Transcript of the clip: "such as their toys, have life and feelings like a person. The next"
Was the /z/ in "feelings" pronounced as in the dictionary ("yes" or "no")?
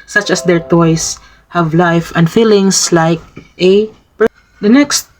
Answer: no